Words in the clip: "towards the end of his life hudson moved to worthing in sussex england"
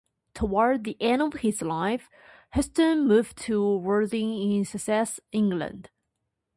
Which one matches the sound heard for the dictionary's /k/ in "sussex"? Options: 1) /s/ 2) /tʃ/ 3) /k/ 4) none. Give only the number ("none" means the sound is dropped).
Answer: 4